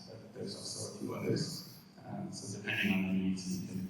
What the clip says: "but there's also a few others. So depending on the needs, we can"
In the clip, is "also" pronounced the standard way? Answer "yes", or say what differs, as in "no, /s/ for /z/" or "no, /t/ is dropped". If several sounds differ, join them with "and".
no, /l/ is dropped